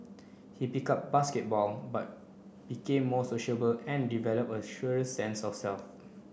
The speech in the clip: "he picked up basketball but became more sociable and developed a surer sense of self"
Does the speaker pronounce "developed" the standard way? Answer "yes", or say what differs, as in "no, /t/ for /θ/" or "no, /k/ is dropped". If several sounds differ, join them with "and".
no, /t/ is dropped